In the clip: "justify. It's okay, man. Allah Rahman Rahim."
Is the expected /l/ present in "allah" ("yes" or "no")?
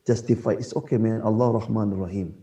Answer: yes